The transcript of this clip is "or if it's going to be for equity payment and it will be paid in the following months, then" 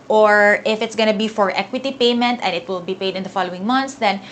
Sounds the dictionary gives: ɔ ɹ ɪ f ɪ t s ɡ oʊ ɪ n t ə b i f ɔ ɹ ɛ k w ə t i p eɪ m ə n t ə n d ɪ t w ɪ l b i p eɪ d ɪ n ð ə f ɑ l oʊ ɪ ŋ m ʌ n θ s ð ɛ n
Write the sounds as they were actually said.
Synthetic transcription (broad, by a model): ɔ ɹ ɪ f ɪ t s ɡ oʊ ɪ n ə b i f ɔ ɹ ɛ k w ə t i p eɪ m ə n t ə n d ɪ t w ɪ l b i p eɪ d ɪ n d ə f ɑ l oʊ ɪ ŋ m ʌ n t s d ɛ n